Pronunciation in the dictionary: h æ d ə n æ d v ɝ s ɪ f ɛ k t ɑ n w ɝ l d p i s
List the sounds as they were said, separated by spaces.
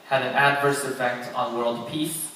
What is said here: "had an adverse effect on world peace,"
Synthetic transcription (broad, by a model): h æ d ə n æ d v ɝ s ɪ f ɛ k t n w ɝ l d p i s